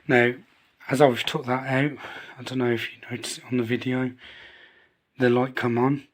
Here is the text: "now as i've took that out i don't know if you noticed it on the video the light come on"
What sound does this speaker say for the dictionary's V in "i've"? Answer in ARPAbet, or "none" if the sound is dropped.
W